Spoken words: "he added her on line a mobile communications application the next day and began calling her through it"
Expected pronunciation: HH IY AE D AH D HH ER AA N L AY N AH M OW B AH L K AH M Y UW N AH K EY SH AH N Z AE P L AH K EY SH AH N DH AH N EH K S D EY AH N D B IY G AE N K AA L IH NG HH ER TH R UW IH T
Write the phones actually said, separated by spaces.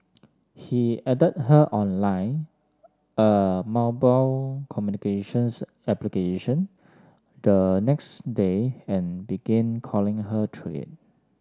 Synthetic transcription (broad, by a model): HH IY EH D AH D HH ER AA N L AY N AH M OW B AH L K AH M Y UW N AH K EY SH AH N S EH P L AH K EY SH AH N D AH N EH K S D EY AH N B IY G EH N K AA L IH NG HH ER T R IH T